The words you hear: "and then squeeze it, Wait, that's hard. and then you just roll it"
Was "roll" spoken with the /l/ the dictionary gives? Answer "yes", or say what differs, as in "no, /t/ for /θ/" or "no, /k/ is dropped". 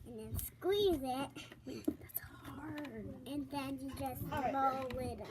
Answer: no, /w/ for /l/